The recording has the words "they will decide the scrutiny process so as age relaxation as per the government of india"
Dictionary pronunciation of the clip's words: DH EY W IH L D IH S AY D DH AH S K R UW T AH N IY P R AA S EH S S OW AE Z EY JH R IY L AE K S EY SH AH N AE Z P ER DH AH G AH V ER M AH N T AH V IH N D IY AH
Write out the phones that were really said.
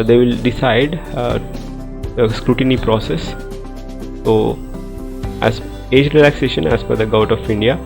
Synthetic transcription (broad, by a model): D EY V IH L D IH S AY D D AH S K R UW T AH N IY P R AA S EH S S OW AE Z EY JH R IY L AE K S EY SH AH N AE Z F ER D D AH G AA AH T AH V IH N D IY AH